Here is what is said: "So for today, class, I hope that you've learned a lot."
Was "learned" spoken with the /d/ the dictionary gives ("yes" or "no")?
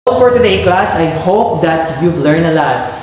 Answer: no